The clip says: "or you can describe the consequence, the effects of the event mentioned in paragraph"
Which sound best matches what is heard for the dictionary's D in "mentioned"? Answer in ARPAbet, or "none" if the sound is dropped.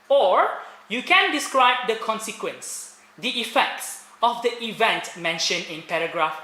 none